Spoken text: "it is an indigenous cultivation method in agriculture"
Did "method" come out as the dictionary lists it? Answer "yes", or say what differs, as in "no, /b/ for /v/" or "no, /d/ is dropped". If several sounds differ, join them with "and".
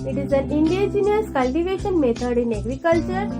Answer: no, /t/ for /θ/